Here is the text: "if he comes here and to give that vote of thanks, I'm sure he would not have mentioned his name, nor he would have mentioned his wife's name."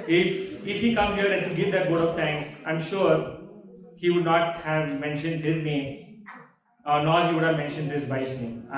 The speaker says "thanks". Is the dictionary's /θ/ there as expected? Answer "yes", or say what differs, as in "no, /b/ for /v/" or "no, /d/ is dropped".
no, /t/ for /θ/